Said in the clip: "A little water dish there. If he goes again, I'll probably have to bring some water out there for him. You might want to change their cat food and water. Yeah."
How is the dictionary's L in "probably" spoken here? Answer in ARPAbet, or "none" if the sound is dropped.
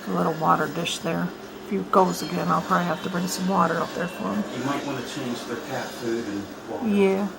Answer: L